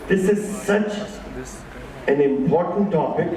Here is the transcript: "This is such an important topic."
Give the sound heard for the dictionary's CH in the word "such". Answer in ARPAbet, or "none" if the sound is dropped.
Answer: CH